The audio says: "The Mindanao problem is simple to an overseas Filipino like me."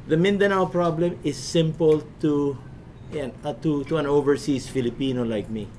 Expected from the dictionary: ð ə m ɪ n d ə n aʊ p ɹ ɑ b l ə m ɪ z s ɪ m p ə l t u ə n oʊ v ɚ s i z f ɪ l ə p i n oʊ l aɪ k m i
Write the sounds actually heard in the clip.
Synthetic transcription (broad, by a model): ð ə m ɪ n d ə n aʊ p ɹ ɑ b l ə m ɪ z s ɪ m p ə l t u ə n oʊ v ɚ s i s f ɪ l ə p i n oʊ l aɪ k m i